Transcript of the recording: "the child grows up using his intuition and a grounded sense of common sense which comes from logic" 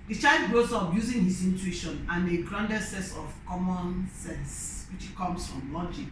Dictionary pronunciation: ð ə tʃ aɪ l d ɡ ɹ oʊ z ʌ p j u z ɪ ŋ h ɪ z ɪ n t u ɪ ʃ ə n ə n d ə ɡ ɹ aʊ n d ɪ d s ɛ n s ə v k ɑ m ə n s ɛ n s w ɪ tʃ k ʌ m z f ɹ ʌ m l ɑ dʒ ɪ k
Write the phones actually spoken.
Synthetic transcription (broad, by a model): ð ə tʃ aɪ l d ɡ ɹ oʊ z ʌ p j u z ɪ ŋ h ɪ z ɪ n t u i ʃ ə n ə n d ə ɡ ɹ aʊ n d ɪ s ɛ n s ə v k ɑ m ə n s ɛ n s w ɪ tʃ k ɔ m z f ɹ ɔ m l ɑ dʒ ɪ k